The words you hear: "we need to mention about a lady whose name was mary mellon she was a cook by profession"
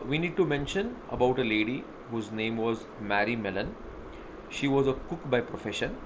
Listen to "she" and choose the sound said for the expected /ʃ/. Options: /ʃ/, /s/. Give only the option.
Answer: /ʃ/